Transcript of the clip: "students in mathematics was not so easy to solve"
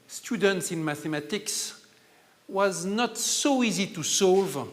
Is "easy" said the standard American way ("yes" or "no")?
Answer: yes